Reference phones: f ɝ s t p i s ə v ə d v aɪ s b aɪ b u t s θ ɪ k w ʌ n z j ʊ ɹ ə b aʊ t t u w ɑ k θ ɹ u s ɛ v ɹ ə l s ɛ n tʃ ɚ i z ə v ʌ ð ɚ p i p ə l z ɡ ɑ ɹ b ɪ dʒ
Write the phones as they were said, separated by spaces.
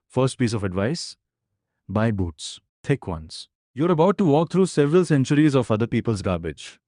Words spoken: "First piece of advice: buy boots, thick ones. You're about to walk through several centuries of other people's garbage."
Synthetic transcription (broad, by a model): f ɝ s t p i s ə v ə d v aɪ s b aɪ b u t s t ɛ k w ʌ n s j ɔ ɹ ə b aʊ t t u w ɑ k t ɹ u s ɛ v ɹ ə l s ɛ n tʃ ɚ i z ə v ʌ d ɚ p i p ə l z ɡ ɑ ɹ b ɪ dʒ